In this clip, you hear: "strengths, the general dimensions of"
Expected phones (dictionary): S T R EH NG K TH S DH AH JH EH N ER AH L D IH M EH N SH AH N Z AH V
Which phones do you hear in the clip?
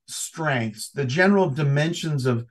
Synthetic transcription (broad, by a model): S T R EH NG K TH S DH AH JH EH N ER L D IH M EH N SH AH N Z AH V